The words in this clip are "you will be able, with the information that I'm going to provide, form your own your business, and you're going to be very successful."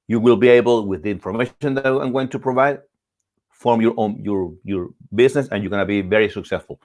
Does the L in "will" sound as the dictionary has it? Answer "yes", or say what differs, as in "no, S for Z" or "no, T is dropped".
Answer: yes